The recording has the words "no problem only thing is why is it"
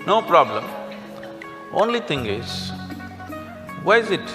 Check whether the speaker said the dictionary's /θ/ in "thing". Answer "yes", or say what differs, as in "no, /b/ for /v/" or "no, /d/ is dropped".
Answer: no, /t/ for /θ/